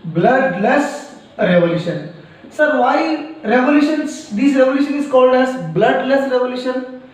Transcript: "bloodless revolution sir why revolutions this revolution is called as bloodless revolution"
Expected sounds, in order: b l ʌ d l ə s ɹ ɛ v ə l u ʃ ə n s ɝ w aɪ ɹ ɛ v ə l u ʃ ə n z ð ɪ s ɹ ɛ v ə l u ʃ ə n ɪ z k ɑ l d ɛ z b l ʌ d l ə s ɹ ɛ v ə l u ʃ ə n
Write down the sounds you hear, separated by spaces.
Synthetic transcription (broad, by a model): b l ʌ d l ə s ɹ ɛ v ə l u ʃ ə n s ɝ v aɪ ɹ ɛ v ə l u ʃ ə n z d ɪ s ɹ ɛ v ə l u ʃ ə n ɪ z k ɑ l d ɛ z b l ʌ d l ə s ɹ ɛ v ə l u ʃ ə n